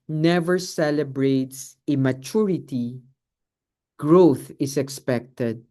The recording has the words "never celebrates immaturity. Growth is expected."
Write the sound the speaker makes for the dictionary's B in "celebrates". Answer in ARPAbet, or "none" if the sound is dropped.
B